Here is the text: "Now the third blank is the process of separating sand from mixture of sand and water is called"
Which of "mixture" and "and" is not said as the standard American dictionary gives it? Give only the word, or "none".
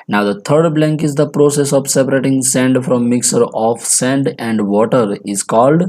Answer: mixture